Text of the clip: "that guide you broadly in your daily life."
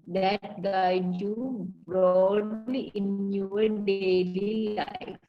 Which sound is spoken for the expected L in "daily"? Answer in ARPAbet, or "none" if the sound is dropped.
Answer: L